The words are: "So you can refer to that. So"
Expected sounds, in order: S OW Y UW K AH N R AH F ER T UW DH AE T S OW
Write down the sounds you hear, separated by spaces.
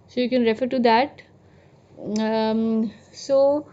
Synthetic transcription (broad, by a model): S OW Y UW K AH N R AH F ER T UW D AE T S OW